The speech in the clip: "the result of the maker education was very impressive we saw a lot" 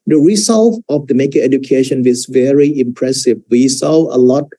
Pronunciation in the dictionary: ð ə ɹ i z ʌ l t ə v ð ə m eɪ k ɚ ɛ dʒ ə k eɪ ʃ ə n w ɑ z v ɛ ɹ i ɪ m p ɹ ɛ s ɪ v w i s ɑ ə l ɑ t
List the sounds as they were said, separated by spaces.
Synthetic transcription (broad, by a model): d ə ɹ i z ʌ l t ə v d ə m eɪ k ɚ ɛ dʒ ə k eɪ ʃ ə n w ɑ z v ɛ ɹ i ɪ m p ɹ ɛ s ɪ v w i s ɑ ə l ɑ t